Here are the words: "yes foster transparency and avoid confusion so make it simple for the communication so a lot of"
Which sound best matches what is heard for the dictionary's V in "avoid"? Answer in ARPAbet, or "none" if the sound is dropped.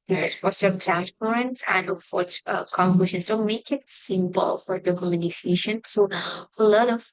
F